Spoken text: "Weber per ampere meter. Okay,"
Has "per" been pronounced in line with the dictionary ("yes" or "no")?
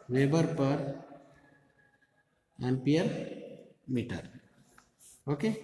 yes